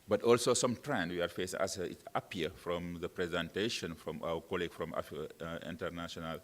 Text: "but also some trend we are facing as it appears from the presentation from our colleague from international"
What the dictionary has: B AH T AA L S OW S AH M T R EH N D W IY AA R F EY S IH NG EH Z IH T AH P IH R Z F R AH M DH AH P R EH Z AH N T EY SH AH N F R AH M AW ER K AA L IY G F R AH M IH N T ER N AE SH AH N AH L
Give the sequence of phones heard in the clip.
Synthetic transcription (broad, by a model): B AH T AA L S OW S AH M T R EH N D W IY AA R F EY S IH NG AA S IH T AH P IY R F R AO M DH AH P R EH Z AH N T EY SH AH N F R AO M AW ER K AA L IY G F R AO M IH N T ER N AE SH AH N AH L